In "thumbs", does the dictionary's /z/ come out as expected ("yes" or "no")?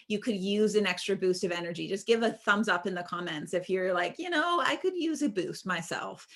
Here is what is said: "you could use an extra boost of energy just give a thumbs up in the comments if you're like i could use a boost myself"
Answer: yes